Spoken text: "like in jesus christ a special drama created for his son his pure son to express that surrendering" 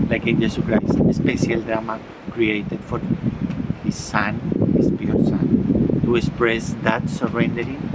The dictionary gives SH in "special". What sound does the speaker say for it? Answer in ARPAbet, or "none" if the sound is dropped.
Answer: S